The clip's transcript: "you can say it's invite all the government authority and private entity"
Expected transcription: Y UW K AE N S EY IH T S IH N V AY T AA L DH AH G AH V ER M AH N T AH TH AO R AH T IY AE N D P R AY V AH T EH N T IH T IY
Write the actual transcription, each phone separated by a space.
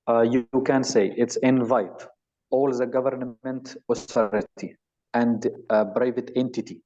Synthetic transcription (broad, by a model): Y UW K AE N S EY IH T S IH N V AY T AA L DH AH G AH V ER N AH N T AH T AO R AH T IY AE N D B R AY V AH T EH N T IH T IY